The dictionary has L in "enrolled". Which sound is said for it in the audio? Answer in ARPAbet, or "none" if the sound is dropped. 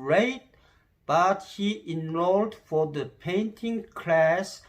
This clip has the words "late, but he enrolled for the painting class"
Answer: L